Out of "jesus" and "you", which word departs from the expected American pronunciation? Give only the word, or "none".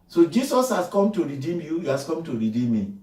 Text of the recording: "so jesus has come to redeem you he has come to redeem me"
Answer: jesus